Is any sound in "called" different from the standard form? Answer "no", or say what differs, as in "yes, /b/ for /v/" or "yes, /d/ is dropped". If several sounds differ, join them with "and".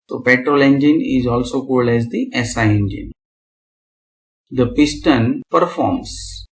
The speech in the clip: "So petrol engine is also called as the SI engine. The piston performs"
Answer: no